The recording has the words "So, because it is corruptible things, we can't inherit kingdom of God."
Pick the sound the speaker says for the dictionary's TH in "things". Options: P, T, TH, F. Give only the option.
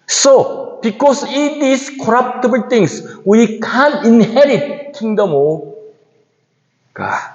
T